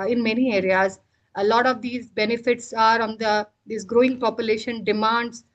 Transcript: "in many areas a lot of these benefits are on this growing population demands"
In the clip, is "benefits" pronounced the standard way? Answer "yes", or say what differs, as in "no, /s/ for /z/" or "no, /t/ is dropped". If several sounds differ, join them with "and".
yes